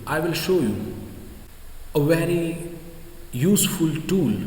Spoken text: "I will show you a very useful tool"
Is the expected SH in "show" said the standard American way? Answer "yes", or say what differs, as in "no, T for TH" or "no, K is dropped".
yes